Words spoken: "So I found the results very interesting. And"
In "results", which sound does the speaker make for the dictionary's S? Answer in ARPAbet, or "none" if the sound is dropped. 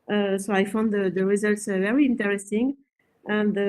S